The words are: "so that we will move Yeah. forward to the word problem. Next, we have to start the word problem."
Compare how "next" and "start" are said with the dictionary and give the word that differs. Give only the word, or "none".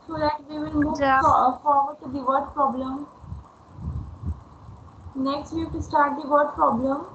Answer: none